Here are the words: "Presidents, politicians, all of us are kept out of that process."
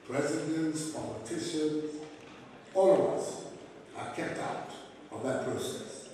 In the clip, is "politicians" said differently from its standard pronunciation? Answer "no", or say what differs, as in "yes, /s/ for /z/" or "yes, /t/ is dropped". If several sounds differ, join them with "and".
yes, /z/ is dropped